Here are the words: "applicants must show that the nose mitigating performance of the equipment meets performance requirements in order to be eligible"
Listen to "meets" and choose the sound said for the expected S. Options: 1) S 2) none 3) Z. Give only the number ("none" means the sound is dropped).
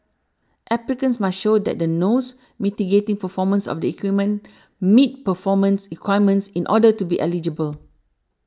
2